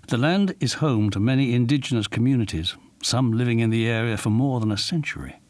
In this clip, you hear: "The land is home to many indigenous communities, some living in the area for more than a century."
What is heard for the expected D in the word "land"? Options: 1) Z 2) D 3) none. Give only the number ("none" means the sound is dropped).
2